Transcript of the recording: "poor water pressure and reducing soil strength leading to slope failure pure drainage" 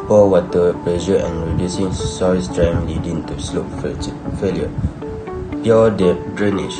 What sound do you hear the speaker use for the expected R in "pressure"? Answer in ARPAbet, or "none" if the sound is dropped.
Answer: L